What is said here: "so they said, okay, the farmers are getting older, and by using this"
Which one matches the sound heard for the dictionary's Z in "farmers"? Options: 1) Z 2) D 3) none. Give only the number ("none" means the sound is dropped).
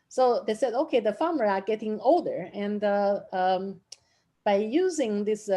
3